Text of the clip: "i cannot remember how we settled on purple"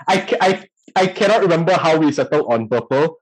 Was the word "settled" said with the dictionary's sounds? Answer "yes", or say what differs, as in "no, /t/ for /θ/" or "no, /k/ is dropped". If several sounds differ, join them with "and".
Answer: no, /d/ is dropped